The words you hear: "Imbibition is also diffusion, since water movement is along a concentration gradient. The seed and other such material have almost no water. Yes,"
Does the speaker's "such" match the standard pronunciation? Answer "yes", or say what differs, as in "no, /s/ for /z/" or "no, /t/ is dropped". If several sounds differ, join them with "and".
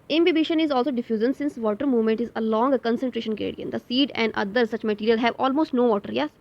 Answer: yes